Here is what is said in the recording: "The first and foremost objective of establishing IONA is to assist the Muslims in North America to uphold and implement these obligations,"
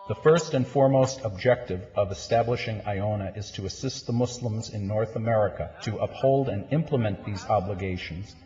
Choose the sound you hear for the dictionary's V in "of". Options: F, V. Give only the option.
V